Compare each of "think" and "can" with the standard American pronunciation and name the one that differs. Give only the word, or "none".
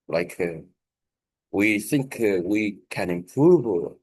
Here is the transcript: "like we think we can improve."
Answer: none